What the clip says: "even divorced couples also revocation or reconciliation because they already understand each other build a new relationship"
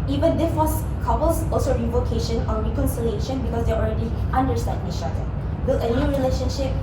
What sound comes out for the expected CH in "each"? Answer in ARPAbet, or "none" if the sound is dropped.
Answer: SH